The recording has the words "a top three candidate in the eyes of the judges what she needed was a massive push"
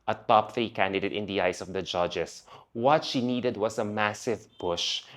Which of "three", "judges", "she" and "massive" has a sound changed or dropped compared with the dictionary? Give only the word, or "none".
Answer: judges